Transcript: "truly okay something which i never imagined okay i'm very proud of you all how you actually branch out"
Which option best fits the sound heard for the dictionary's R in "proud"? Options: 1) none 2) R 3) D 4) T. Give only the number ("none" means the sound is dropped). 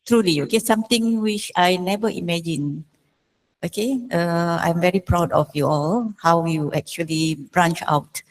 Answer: 2